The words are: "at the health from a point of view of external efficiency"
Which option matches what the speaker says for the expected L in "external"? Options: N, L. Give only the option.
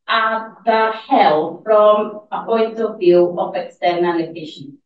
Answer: N